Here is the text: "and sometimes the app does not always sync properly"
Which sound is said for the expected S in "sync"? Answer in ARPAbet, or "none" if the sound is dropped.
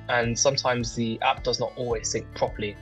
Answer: TH